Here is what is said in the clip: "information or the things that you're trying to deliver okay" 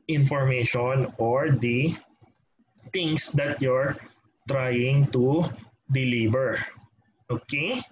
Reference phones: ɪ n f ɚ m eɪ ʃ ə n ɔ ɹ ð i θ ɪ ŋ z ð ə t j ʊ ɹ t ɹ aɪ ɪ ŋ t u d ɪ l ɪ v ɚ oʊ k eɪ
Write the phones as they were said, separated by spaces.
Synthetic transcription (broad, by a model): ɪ n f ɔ m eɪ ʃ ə n ɔ ɹ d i t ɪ ŋ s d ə t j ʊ ɹ t ɹ aɪ ɪ ŋ t u d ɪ l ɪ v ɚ oʊ k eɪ